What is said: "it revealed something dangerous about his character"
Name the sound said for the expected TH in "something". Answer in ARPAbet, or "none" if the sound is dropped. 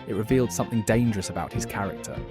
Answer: TH